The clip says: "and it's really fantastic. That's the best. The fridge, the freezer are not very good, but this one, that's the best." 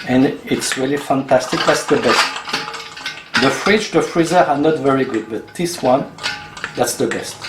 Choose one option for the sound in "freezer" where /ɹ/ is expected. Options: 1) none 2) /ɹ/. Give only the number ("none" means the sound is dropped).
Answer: 2